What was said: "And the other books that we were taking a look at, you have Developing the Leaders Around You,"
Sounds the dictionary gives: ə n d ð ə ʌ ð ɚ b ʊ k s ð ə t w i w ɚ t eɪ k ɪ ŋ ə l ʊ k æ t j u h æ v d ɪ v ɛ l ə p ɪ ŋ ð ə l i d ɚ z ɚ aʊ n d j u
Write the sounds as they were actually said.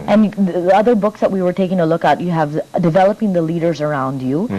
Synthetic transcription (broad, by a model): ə n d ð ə ʌ ð ɚ b ʊ k s ð ə t w i w ɚ t eɪ k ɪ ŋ ə l ʊ k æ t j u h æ v d ɪ v ɛ l ə p ɪ ŋ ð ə l i d ɚ z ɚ aʊ n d j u